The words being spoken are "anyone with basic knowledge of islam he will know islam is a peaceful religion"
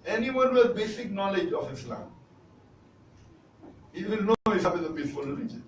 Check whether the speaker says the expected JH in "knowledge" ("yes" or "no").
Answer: yes